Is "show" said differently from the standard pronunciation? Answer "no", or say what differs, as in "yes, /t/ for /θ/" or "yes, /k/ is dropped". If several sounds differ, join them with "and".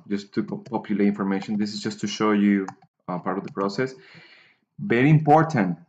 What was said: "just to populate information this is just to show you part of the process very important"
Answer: no